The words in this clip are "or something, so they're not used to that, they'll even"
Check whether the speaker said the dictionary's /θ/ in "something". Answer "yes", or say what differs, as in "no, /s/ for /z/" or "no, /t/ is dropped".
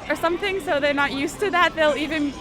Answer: yes